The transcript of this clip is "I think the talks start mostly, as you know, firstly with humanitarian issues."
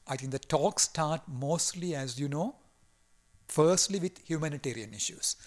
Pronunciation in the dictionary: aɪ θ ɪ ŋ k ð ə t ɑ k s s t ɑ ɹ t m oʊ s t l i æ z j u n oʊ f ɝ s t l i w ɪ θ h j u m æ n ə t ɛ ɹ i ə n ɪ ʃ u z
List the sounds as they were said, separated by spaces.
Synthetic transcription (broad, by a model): aɪ t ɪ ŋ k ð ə t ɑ k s s t ɑ ɹ t m oʊ s t l i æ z j u n oʊ f ɝ s t l i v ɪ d h j u m æ n ə t ɛ ɹ i ə n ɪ ʃ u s